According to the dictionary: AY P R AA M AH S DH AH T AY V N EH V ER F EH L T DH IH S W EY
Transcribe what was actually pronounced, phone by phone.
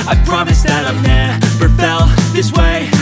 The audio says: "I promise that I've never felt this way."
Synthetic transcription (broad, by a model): AY P R AA M AH S DH AH T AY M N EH P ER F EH L DH IH S W EY